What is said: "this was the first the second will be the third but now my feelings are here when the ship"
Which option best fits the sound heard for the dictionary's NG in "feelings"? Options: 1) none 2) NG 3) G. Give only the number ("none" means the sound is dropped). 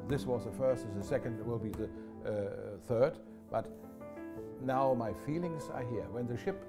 2